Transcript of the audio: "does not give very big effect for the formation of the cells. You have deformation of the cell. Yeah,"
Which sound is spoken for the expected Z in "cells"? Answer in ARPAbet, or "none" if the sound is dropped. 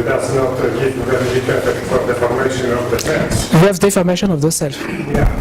none